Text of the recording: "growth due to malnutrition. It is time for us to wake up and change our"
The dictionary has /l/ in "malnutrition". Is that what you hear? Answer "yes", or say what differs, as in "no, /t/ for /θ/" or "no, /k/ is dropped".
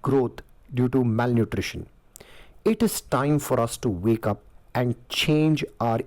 yes